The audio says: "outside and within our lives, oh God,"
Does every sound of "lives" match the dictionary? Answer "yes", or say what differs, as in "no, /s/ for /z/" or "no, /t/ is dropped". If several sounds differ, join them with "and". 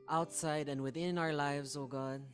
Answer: yes